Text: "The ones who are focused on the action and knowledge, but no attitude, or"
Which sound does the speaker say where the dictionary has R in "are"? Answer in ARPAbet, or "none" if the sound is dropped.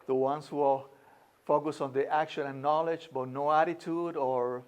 L